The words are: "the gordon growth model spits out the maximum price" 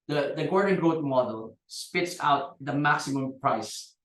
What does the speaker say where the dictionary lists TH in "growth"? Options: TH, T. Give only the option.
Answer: T